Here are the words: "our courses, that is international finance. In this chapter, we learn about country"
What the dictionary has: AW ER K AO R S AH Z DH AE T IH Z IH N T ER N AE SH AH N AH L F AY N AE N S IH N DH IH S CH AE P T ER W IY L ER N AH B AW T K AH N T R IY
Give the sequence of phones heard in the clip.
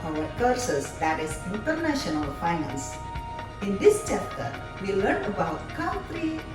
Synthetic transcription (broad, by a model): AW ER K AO R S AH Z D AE T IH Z IH N T ER N AE SH AH N AH L F AY N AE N S IH N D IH S CH AE P T ER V IY L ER N AH B AW T K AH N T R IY